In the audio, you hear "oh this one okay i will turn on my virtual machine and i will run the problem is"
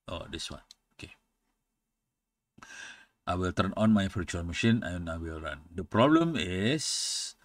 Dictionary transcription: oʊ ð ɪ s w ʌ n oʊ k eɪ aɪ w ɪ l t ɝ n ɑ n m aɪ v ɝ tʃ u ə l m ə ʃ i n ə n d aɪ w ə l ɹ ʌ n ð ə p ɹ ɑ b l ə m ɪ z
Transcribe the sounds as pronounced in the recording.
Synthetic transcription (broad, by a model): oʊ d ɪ s w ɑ n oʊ k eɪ aɪ w ɪ l t ɝ n ɑ n m aɪ f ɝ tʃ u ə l m ə ʃ i n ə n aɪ w ə l ɹ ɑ n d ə p ɹ ɑ b l ə m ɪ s